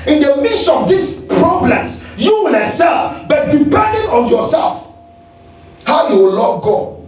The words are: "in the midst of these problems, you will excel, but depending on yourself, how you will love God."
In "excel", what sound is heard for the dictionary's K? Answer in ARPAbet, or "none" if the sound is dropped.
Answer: none